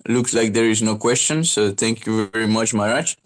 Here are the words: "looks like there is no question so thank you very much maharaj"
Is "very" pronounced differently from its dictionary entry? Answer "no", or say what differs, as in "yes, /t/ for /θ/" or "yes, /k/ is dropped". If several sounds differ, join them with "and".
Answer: no